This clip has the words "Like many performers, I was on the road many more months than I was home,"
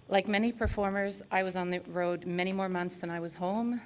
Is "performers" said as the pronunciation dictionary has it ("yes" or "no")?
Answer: yes